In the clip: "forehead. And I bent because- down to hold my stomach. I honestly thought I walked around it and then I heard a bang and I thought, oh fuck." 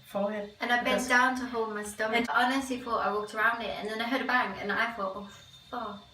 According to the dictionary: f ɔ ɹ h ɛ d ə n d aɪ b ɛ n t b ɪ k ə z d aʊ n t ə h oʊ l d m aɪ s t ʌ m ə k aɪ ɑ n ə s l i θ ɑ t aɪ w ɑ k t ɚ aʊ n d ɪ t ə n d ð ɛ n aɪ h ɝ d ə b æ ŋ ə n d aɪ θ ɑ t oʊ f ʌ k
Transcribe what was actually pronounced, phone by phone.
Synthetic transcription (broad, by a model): f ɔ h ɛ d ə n aɪ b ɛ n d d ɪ ə n t ə h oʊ l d m aɪ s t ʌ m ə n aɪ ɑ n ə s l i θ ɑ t aɪ w ɑ k t ɚ aʊ n d ɪ t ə n ð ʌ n aɪ h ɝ d ə b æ ŋ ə n aɪ θ ɑ t oʊ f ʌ